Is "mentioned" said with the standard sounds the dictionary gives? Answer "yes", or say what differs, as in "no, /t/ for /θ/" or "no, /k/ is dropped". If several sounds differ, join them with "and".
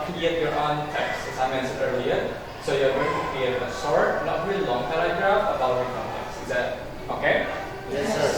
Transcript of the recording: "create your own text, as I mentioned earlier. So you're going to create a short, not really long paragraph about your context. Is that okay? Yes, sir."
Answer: no, /s/ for /ʃ/